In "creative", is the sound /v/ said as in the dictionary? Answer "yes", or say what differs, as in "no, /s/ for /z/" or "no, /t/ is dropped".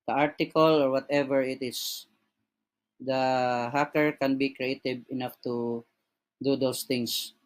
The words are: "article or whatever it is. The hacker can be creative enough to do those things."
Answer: no, /b/ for /v/